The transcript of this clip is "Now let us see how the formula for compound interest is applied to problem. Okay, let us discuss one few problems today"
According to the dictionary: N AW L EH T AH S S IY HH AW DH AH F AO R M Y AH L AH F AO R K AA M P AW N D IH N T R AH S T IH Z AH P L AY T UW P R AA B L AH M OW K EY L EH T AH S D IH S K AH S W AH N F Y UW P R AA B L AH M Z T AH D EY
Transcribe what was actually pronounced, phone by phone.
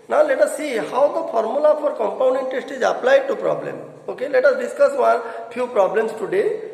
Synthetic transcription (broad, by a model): N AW L EH T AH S S IY HH AW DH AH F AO R M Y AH L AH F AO R K AA M P AW N D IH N T AH S T IH Z AH P L AY T UW P R AA B L AH M OW K EY L EH T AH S D IH S K AH S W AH N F Y UW P R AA B L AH M S T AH D EY